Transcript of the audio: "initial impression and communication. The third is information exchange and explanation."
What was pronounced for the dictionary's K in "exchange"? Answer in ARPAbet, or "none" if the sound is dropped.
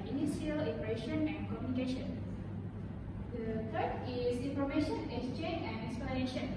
none